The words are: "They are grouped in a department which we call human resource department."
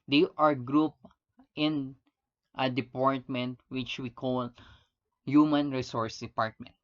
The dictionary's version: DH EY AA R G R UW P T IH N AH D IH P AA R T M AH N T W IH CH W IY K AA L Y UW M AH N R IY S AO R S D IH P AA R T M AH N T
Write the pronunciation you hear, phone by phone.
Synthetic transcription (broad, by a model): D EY AA R G R UW P T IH N AH D IH P AA R T M AH N T W IH CH W IY K AA L Y UW M AH N R IY S AO R S D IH P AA R T M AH N T